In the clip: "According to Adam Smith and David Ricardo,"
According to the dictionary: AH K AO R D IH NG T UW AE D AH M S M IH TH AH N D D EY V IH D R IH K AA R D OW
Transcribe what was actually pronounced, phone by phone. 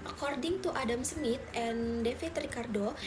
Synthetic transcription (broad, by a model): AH K AO R D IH NG T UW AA D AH M S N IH T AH N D D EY F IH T R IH K AA R D OW